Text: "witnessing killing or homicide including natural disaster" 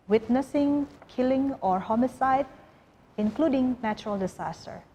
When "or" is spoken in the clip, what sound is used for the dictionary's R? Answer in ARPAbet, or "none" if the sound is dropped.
R